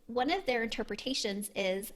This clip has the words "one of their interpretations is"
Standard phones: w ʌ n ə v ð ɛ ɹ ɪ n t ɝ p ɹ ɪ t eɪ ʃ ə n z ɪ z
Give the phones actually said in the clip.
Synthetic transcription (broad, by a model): w ʌ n ə v ð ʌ ɹ ɪ n t ɝ p ɹ ɪ t eɪ ʃ ə n z ɪ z